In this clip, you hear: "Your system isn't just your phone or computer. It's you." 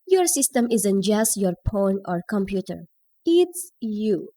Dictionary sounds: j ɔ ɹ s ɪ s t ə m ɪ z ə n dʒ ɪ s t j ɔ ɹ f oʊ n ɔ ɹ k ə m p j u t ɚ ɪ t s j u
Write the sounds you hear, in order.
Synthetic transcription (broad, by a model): j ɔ ɹ s ɪ s t ə m ɪ z ə n dʒ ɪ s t j ɔ ɹ p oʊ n ɔ ɹ k ə m p j u t ɚ ɪ t s j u